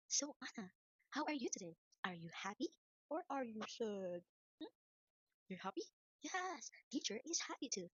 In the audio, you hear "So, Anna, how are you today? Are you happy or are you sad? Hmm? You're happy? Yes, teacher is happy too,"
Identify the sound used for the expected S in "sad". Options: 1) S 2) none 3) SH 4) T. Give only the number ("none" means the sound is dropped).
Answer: 3